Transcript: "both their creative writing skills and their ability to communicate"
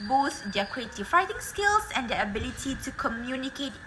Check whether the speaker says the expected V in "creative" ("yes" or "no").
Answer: no